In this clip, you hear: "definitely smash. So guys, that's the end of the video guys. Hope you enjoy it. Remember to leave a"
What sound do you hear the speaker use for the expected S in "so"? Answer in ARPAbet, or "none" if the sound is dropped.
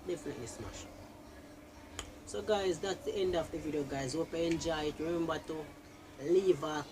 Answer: S